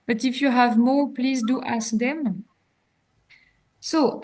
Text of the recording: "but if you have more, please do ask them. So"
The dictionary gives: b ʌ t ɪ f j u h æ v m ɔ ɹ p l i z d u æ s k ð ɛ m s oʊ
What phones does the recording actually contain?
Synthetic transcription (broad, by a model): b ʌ t ɪ f j u h æ v m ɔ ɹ p l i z d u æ s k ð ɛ m s oʊ